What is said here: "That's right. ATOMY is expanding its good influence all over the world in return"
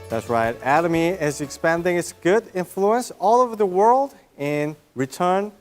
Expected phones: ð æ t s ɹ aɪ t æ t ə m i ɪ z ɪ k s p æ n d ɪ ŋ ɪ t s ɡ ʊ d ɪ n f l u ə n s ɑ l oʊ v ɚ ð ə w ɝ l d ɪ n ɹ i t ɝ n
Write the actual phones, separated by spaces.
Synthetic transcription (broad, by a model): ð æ t s ɹ aɪ t æ t ə m i ɪ z ɪ k s p æ n d ɪ ŋ ɪ t s ɡ ʊ d ɪ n f l u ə n s ɑ l oʊ v ɚ ð ə w ɝ l d ɪ n ɹ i t ɝ n